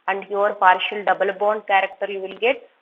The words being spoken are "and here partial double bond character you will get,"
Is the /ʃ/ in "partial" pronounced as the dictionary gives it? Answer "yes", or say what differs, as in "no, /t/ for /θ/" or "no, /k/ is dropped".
yes